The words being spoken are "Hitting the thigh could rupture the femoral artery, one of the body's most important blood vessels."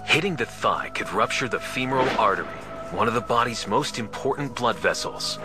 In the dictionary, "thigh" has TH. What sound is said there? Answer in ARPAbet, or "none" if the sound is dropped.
TH